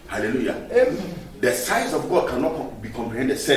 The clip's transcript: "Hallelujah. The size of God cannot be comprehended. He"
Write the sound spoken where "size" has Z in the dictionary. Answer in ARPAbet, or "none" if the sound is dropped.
S